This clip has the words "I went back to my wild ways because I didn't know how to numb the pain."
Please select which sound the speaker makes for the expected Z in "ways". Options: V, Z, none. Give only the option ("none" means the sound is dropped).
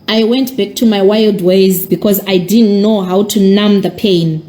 Z